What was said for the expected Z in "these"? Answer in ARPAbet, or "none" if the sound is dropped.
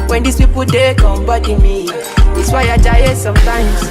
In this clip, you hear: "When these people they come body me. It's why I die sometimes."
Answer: S